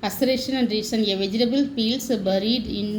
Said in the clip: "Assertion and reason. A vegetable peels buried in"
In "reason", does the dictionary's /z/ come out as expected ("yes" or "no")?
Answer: no